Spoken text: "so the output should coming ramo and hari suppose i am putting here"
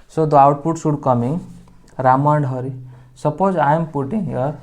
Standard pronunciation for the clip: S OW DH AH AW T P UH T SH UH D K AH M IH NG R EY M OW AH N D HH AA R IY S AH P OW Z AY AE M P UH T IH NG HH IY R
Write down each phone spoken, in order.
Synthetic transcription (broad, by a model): S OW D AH AW T P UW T S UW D K AH M IH NG R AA M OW AH N D HH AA R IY S AH P OW Z AY M P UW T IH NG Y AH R